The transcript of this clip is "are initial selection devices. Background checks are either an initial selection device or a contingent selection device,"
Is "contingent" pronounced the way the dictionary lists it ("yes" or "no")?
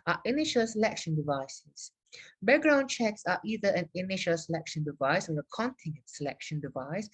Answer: no